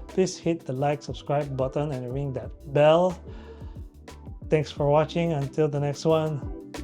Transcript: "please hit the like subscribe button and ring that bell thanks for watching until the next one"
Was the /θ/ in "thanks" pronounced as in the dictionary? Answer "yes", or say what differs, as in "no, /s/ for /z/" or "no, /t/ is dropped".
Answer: no, /t/ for /θ/